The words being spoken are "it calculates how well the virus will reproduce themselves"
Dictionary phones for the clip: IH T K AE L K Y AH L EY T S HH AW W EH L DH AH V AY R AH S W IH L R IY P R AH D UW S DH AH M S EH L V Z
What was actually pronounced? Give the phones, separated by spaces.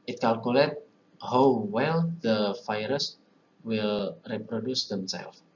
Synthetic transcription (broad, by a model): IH T K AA L K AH L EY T HH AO W EH L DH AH F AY R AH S W IH L R IY P R AH D UW S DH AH M S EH L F